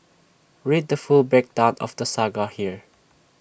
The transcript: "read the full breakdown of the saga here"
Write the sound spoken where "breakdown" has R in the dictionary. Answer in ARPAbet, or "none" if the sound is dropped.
none